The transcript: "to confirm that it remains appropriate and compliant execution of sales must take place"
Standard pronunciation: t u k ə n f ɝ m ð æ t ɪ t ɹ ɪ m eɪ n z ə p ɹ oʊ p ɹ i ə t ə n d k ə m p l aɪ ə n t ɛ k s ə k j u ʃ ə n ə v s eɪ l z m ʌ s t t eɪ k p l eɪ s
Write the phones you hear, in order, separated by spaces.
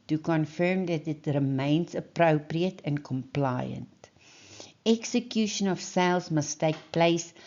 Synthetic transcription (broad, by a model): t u k ə n f ɝ m ð æ t ɪ t ɹ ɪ m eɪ n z ə p ɹ oʊ p ɹ i ə t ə n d k ə m p l aɪ ə n t ɛ k s ə k j u ʃ ə n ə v s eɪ l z m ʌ s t t eɪ k p l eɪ s